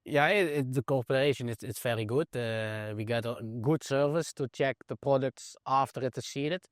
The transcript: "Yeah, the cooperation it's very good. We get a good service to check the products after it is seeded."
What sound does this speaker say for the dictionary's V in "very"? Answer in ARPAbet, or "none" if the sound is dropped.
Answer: F